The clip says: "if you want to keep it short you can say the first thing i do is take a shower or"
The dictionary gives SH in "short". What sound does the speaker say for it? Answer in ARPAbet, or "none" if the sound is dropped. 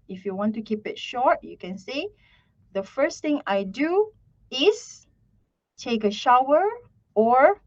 SH